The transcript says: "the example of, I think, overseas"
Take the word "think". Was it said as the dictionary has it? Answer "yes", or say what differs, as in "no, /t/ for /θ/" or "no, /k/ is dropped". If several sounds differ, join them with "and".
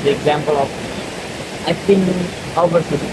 no, /k/ is dropped